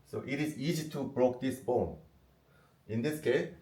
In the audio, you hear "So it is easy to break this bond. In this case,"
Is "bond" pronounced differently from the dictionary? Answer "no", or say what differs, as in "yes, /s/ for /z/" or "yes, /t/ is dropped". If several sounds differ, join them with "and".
yes, /d/ is dropped